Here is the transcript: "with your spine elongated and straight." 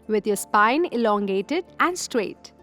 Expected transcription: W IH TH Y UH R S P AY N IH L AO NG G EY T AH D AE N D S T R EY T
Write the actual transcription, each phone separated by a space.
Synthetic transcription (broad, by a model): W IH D Y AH S P AY N IH L AO NG G EY T AH D AE N D S T R EY T